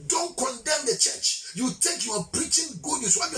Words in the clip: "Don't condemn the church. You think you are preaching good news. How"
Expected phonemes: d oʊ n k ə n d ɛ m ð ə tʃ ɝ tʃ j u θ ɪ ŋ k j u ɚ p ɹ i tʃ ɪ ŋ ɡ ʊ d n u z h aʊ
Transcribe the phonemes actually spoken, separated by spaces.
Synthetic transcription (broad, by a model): d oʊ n k ə n d ɛ m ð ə tʃ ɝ tʃ j u t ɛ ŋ k j u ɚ p ɹ i tʃ ɪ ŋ ɡ ʊ d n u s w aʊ